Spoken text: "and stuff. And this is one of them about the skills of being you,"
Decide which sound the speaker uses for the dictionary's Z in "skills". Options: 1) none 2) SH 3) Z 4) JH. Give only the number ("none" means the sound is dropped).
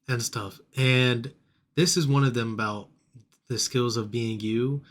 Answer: 3